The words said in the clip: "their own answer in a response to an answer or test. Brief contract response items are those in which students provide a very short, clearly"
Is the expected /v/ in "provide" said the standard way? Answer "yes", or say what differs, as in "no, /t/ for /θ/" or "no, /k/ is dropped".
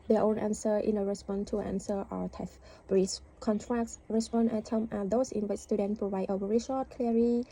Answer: yes